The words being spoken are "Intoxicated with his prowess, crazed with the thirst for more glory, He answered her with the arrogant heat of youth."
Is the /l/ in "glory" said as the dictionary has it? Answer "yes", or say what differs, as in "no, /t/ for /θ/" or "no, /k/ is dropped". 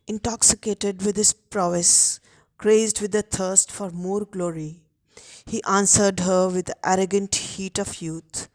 yes